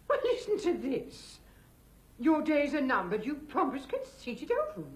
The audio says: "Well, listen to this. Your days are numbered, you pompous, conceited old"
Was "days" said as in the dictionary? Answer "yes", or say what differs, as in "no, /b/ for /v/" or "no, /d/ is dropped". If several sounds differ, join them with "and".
yes